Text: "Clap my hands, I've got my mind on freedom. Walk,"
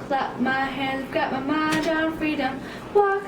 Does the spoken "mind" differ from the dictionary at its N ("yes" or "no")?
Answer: yes